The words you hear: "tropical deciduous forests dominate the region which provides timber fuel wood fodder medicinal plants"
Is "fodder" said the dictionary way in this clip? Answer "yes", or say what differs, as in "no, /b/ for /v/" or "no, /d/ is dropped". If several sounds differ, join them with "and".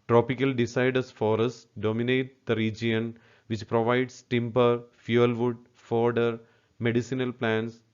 yes